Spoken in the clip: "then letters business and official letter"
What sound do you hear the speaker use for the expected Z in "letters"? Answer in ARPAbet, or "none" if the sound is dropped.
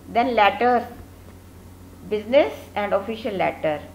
none